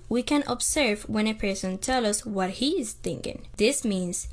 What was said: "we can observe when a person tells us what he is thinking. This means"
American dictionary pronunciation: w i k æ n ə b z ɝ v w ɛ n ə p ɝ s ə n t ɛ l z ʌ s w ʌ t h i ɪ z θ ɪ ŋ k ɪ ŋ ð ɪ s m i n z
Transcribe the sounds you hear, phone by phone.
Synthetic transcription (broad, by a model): w i k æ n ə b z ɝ v w ɛ n ə p ɝ s ə n t ɛ l ʌ s w ʌ t h i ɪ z θ ɪ ŋ k ɪ ŋ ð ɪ s m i n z